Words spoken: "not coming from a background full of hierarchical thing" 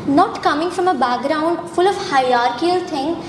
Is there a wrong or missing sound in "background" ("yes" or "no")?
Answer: no